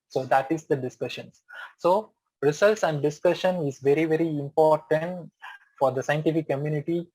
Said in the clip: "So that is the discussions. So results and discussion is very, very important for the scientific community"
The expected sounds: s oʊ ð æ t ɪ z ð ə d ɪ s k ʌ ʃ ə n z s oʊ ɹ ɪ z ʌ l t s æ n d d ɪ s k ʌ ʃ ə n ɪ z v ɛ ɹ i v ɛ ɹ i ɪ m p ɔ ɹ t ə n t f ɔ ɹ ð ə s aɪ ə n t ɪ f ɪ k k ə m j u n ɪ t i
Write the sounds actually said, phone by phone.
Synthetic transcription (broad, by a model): s oʊ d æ t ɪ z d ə d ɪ s k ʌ ʃ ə n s s oʊ ɹ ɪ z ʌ l t s æ n d d ɪ s k ʌ ʃ ə n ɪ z v ɛ ɹ i v ɛ ɹ i ɪ m p ɔ ɹ t ə n t f ɔ ɹ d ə s aɪ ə n t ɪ f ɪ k k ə m j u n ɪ t i